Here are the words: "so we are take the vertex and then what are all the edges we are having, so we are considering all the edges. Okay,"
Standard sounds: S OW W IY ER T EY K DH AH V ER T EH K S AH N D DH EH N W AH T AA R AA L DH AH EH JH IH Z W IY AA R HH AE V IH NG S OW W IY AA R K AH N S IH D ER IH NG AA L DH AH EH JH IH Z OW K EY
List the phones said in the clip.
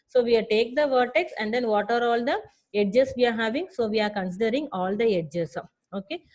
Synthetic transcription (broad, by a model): S OW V IY T EY K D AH V ER T EH K S AH N D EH N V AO T AA R AA L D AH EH JH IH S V IY AA R HH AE V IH NG S OW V IY AA R K AH N S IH D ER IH NG AA L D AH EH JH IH S OW K EY